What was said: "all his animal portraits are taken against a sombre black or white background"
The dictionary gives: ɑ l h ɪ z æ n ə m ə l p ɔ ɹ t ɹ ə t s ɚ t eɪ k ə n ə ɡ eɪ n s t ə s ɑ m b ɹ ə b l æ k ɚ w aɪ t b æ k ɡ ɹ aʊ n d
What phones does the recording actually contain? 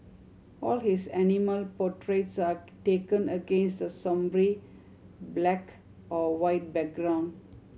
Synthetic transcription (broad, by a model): ɑ l h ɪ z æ n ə m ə l p ɔ t ɹ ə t s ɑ t eɪ k ə n ə ɡ eɪ n s t ə s ɑ m b ɹ ə b l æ k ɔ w aɪ t b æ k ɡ ɹ aʊ n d